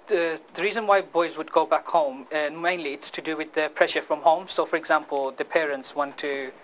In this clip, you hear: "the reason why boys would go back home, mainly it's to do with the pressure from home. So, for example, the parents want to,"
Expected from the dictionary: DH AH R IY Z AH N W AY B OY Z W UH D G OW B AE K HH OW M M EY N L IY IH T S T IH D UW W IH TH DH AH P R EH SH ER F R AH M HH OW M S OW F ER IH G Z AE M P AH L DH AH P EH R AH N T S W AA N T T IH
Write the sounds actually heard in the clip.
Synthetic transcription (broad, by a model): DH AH R IY Z AH N W AY B OY Z W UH D G OW B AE K HH OW M M EY N L IY IH T S T IH D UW W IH DH AH P R EH SH ER F R AH M HH OW M S OW F ER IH G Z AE M P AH L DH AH P EH R AH N T S W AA N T T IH